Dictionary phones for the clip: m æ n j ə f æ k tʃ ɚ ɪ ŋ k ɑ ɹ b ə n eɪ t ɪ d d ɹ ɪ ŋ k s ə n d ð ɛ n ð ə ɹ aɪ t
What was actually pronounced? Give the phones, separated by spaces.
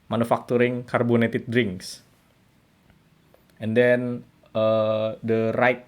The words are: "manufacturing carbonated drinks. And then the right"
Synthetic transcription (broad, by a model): m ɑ n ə f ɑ k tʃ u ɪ ŋ k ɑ ɹ b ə n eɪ t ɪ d d ɹ ɪ ŋ k s ə n d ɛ n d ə ɹ aɪ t